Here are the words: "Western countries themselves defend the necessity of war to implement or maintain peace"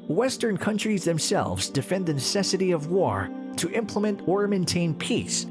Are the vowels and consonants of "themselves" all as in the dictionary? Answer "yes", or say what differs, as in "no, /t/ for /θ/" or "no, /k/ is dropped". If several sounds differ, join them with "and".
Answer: yes